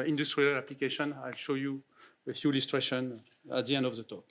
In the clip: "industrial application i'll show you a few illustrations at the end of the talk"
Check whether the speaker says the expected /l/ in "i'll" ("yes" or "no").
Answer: yes